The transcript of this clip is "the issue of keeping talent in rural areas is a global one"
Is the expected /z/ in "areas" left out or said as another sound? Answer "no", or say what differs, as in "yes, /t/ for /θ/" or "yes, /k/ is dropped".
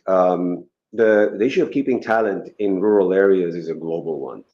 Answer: no